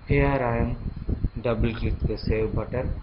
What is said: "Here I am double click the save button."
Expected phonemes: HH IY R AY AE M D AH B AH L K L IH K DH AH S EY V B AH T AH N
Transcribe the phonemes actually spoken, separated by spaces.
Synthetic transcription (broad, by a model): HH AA R AY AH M D AH B AH L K IH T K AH S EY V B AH T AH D